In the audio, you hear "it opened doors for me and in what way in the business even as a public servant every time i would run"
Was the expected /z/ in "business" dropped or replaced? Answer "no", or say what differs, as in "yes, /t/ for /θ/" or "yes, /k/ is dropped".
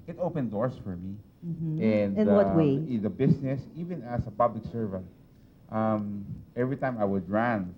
yes, /s/ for /z/